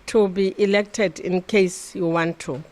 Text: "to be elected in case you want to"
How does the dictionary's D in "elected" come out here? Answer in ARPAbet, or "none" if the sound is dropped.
D